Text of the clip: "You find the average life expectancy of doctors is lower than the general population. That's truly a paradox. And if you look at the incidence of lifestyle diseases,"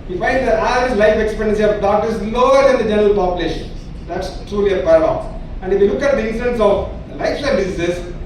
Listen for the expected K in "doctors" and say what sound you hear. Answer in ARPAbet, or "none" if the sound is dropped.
none